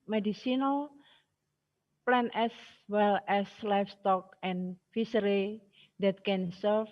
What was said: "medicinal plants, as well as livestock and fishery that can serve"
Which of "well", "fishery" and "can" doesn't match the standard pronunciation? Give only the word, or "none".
fishery